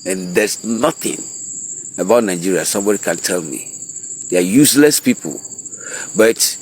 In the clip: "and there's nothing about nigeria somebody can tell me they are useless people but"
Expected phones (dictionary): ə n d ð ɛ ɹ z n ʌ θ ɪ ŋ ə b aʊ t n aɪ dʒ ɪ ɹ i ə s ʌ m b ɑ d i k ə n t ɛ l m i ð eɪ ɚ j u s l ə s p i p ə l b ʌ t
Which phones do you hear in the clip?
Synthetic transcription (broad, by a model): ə n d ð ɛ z n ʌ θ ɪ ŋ ə b aʊ t n aɪ dʒ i ɹ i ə s ʌ m b ɑ d i k ə n t ɛ l m i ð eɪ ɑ j u s l ə s p i p ə l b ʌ t